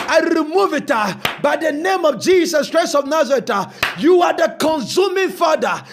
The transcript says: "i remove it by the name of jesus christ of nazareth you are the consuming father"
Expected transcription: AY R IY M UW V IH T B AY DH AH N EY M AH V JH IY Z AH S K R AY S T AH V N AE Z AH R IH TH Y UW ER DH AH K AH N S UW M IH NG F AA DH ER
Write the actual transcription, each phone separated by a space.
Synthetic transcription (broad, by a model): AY R IY M UW V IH T B AY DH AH N EY M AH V JH IY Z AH S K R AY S AH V N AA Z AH R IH T Y UW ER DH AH K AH N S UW M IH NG F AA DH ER